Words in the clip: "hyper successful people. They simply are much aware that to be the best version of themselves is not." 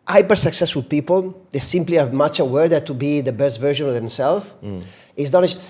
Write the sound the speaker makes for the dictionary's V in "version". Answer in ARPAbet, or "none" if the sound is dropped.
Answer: V